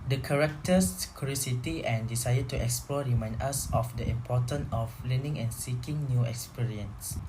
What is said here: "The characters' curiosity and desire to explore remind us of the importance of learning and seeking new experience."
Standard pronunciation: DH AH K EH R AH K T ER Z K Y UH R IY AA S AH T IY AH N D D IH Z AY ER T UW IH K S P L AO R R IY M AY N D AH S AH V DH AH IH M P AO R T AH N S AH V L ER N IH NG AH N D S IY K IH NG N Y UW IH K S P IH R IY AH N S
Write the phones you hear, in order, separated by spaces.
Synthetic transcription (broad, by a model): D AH K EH R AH K T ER S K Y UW R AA S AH T IY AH N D D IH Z AY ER T UW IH K S P L AO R R IY M AY N D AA S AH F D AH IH M P AO T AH N AH F L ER N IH NG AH N S IY K IH NG N Y UW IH K S P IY R IY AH N S